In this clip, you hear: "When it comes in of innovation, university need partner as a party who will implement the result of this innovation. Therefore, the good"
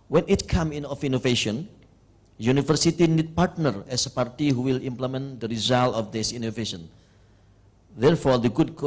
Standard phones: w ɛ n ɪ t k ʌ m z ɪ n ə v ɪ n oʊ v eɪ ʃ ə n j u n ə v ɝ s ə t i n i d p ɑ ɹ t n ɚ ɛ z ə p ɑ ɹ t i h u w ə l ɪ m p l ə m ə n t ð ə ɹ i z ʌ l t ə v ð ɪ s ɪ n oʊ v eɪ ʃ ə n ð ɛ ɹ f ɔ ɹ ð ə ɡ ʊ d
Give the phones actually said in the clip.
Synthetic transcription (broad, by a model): w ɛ n ɪ t k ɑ m ɪ n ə f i n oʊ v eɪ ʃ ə n j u n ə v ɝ s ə t i n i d p ɑ ɹ t n ɚ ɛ s ə p ɑ ɹ t i h u w ə l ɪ m p l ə m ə n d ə ɹ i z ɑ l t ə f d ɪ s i n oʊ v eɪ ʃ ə n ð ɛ ɹ f ɔ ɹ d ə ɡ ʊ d